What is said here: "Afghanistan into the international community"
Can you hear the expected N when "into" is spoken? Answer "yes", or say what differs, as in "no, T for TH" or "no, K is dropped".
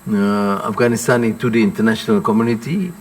no, N is dropped